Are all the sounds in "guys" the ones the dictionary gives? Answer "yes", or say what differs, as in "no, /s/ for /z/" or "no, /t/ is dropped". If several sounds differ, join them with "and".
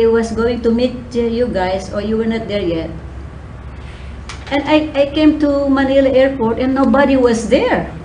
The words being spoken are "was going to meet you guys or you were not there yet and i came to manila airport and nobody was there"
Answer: no, /s/ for /z/